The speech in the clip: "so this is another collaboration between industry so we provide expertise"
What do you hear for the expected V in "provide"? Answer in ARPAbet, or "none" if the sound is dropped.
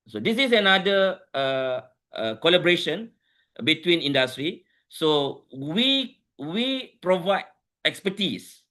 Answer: V